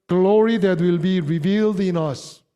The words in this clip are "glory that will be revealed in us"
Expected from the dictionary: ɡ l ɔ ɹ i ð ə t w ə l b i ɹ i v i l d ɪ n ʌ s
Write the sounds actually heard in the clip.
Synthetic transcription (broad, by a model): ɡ l ɔ ɹ i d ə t w ə l b i ɹ i v i l d ɪ n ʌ s